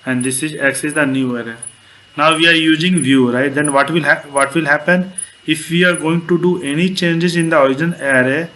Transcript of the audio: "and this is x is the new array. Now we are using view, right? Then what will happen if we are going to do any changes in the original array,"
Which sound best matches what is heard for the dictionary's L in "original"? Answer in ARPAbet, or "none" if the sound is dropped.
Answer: N